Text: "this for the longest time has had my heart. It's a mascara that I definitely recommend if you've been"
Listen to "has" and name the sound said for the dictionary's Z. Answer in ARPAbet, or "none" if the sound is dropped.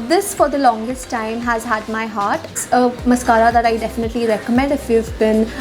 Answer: Z